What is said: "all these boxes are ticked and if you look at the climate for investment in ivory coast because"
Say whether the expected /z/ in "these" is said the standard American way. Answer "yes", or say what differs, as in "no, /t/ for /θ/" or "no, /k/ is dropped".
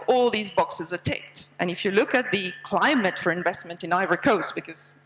yes